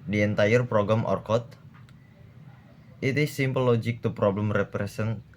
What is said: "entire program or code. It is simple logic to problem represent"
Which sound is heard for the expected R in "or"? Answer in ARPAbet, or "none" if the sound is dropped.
R